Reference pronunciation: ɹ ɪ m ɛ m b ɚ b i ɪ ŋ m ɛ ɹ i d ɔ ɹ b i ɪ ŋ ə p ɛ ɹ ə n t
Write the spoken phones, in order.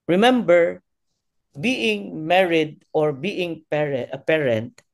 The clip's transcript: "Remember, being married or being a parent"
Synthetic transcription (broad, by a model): ɹ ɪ m ɛ m b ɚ b i ɪ ŋ m ɛ ɹ i d ɔ ɹ b i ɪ ŋ ə p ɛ ɹ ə n t